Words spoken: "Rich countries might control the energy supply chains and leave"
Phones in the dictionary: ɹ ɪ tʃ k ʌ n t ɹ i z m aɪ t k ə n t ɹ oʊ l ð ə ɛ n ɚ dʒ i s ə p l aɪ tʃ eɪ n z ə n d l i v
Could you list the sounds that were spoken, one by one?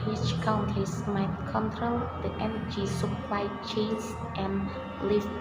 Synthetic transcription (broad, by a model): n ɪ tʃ k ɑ n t i s m aɪ t k ə n t ɹ oʊ l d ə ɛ n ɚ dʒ i s ə p l aɪ tʃ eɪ n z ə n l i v